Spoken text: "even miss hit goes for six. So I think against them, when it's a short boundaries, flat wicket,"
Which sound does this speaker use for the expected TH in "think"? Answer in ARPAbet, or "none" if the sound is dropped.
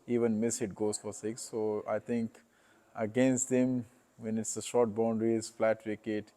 T